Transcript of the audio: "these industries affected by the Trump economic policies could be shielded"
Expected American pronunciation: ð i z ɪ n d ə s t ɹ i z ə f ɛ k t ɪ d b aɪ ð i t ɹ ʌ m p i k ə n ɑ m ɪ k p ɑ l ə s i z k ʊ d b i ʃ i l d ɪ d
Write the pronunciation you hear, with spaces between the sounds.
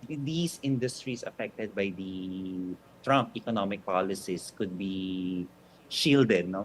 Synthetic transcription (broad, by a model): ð i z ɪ n d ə s t ɹ i s ə f ɛ k t ɪ d b aɪ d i t ɹ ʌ m p i k ə n ɑ m ɪ k p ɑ l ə s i s k ʊ d b i ʃ i l d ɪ d